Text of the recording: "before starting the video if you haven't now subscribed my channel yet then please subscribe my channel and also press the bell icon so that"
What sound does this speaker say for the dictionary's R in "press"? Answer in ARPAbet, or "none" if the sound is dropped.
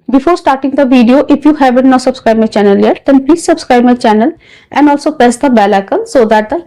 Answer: none